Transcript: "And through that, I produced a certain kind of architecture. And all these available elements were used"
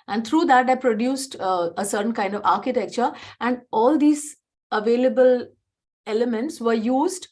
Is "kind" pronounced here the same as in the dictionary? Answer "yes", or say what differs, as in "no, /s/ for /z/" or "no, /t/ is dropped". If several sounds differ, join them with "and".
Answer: yes